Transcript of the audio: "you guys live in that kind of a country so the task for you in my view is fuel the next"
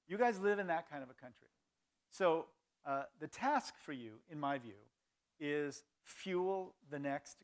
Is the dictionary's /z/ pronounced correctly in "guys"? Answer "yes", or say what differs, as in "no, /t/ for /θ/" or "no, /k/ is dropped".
yes